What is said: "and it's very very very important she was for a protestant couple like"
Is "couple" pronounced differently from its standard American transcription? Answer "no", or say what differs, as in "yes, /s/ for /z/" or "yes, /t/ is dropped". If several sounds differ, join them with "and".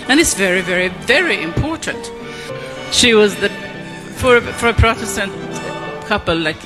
no